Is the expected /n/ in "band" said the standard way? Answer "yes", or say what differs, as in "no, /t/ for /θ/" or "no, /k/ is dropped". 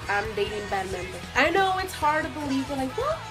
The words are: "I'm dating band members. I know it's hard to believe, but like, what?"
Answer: no, /n/ is dropped